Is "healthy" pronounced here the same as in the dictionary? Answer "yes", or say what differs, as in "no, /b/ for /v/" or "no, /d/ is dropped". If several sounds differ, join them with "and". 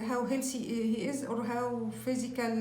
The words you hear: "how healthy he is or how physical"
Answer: no, /s/ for /θ/